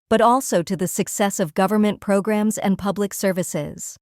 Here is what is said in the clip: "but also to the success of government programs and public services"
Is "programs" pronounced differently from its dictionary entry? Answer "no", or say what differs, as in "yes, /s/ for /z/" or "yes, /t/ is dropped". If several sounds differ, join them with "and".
no